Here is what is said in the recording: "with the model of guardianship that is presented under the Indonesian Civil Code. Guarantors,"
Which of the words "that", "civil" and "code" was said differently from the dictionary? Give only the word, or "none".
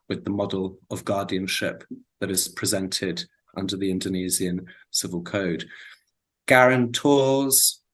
none